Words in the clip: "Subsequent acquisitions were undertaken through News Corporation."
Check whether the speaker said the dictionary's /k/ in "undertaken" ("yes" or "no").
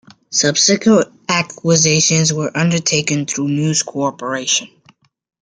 yes